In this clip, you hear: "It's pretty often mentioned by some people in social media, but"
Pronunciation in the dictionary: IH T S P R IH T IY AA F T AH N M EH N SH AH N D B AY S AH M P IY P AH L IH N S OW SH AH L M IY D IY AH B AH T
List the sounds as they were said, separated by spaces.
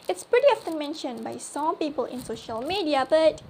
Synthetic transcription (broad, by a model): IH T S P R IH T IY AA F T AH N M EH N SH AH N B AY S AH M P IY P AH L IH N S OW SH AH L M IY D IY AH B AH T